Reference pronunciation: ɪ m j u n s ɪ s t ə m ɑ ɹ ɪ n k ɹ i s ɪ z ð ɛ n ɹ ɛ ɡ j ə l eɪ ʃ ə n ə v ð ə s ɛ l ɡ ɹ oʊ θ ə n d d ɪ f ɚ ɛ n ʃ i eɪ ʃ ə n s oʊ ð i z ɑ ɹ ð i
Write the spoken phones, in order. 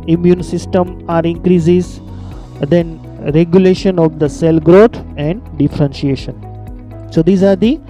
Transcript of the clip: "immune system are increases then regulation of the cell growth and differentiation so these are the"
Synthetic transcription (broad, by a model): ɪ m j u n s ɪ s t ə m ɑ ɹ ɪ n k ɹ i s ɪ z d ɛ n ɹ ɛ ɡ j ə l eɪ ʃ ə n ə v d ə s ɛ l ɡ ɹ oʊ t ə n d d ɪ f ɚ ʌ n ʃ i eɪ ʃ ə n s oʊ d i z ɑ ɹ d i